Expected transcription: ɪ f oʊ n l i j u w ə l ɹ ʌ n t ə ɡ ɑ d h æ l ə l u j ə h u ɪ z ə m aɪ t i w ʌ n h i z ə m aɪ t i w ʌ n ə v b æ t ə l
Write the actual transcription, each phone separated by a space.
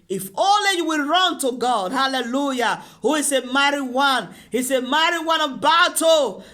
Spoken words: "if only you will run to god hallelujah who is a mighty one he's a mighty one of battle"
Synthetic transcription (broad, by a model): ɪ f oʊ l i j u w ə l ɹ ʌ n t ə ɡ ɑ d h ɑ l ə l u j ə h u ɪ s ə m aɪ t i w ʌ n h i s ə m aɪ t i w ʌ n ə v b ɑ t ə